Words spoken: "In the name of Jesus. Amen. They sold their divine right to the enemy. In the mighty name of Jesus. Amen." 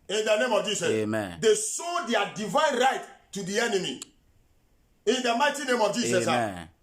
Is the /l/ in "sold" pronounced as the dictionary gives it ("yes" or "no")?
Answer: no